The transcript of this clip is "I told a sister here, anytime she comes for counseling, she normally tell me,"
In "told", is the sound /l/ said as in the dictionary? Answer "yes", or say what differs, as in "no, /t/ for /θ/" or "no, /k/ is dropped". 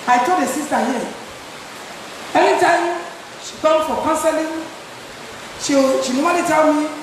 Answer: no, /l/ is dropped